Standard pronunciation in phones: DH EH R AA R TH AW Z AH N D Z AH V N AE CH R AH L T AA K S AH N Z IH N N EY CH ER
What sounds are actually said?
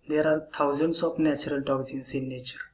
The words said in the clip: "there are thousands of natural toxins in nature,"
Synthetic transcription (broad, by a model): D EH R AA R T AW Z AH N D S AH P N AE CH R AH L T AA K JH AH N S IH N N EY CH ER